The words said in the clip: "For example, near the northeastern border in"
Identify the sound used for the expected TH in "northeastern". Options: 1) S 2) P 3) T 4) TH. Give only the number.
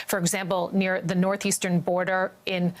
4